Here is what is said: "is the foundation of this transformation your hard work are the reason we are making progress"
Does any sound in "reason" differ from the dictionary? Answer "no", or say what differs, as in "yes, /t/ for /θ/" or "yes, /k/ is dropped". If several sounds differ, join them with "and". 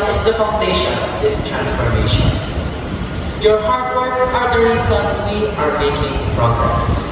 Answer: yes, /s/ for /z/